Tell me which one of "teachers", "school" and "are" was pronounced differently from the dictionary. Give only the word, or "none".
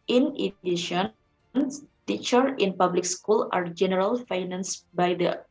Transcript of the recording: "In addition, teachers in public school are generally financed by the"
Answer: teachers